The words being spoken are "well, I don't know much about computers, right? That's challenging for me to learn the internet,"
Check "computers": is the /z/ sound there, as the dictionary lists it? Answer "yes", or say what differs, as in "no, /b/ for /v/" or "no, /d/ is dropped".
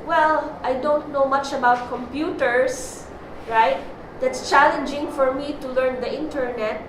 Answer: no, /s/ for /z/